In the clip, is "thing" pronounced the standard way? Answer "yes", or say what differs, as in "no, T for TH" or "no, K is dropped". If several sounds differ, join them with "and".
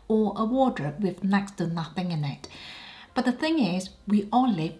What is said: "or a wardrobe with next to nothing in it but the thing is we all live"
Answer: yes